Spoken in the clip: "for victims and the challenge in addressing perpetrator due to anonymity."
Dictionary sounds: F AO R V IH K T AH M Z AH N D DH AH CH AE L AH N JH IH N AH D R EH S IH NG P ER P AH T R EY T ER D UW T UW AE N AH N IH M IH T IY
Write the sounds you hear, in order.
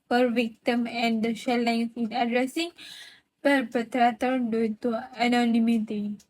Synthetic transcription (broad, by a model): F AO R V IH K T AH M AH N D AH SH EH L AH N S IH N AH D R EH S IH NG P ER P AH T R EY T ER D UW T UW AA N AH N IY M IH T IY